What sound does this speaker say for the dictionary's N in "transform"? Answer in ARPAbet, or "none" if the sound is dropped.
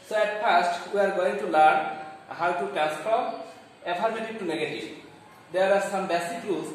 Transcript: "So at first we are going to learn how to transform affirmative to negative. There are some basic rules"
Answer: none